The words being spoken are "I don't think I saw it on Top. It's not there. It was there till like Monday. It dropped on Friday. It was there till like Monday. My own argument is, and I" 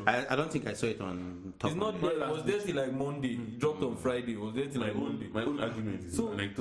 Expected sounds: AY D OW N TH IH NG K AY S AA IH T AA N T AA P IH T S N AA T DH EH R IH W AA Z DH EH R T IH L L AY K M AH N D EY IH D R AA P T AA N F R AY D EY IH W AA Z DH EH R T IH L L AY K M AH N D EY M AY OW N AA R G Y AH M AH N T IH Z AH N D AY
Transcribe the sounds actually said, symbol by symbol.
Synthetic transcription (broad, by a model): AY D OW N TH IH NG K AY S AA IH T AA N T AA IH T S N AA T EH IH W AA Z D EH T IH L L AY K M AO N D EY IH D R AA P T AA N F R AY D EY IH W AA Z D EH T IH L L AY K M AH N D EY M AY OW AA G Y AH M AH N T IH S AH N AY